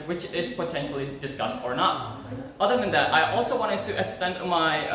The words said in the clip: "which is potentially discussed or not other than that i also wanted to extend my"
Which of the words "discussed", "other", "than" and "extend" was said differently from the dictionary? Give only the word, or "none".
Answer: none